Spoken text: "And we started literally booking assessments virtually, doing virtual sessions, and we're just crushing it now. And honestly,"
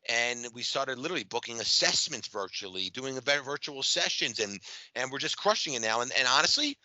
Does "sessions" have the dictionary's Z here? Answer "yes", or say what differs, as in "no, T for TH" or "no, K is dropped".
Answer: yes